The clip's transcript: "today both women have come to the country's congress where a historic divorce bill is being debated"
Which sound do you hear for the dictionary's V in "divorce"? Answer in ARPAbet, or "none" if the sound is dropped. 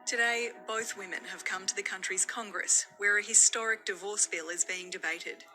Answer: V